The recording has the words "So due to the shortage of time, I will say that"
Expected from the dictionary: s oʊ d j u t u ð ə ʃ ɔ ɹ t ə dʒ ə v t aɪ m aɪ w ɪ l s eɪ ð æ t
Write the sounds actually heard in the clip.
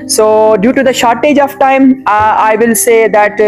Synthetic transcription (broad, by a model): s oʊ d j u t u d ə ʃ ɔ ɹ t ə dʒ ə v t aɪ m aɪ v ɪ l s eɪ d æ t